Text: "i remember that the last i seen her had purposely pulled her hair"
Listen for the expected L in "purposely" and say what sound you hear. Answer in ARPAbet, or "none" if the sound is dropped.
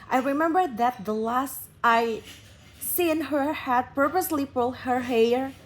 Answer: L